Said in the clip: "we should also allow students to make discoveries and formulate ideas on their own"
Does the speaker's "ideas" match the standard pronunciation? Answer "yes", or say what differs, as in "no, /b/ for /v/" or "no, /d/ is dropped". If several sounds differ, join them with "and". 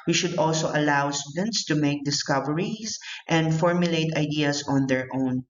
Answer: no, /s/ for /z/